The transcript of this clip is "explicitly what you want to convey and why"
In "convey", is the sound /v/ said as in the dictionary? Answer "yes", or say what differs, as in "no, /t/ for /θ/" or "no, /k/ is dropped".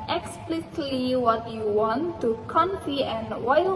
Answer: no, /f/ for /v/